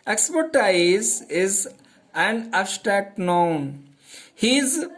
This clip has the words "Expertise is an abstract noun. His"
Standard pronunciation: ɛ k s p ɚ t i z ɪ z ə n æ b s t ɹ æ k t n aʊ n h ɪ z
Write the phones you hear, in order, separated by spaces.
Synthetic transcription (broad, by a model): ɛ k s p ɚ t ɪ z ɪ z ə n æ s t æ t n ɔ n h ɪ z